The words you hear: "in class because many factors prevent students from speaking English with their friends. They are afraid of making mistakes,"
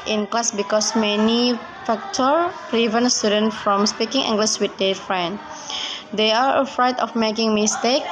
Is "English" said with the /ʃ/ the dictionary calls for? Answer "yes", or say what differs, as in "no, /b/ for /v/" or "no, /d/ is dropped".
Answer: no, /s/ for /ʃ/